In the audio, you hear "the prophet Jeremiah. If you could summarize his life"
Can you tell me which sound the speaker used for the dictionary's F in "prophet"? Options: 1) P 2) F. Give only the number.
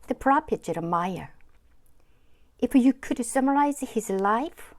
1